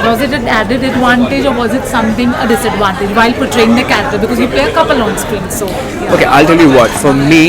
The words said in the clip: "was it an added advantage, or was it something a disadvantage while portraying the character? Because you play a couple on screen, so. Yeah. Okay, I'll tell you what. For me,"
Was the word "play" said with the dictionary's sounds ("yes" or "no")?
no